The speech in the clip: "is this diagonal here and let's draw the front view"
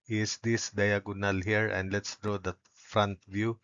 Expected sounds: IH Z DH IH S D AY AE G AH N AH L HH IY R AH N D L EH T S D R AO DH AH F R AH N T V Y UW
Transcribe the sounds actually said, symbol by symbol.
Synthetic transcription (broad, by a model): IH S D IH S D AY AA G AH N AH L HH IY R AH N D L EH T S D R AO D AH F R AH N T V Y UW